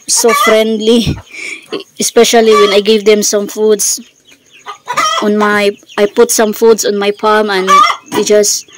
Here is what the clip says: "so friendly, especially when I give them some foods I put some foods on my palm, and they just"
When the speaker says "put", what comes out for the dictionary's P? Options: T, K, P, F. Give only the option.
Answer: P